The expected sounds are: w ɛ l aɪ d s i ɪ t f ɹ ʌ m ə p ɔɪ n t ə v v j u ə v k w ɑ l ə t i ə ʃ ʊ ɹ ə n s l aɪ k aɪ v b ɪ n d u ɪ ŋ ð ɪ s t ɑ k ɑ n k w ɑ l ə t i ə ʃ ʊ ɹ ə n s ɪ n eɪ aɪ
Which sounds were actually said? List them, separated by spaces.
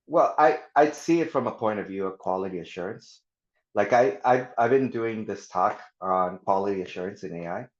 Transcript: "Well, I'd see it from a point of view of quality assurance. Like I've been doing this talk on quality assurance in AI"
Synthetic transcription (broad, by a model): w ɛ l aɪ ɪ s i ɪ t f ɹ ʌ m ə p ɔɪ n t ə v v j u ə v k w ɑ l ə t i ə ʃ ʊ ɹ ə n s l aɪ k aɪ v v ɪ n d u ɪ ŋ ð ɪ s t ɑ k n k w ɑ l ə t i ə ʃ ʊ ɹ ə n s ɪ n eɪ aɪ